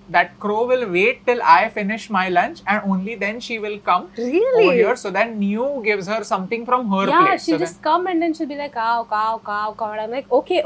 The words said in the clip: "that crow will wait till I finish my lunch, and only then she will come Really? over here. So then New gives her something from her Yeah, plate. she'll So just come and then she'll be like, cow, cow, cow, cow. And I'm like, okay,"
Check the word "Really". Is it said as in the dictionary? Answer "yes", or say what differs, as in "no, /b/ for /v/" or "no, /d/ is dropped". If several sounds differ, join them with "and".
no, /l/ is dropped